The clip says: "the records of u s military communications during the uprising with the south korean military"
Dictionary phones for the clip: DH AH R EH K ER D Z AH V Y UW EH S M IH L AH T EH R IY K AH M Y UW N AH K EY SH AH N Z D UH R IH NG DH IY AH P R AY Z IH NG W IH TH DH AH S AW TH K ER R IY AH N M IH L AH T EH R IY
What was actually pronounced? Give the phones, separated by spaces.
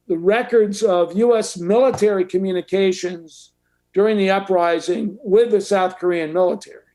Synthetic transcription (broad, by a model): DH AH R EH K ER D Z AH V Y UW EH S M IH L AH T EH R IY K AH M Y UW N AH K EY SH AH N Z D UH R IH NG DH IY AH P R AY Z IH NG W IH DH AH S AW TH K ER R IY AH N M IH L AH T EH R IY